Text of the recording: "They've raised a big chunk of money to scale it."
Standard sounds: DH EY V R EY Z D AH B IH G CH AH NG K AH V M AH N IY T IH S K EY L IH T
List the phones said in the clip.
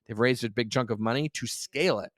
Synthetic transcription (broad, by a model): DH EY V R EY Z D AH B IH G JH AH NG K AH V M AH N IY T IH S K EY L IH T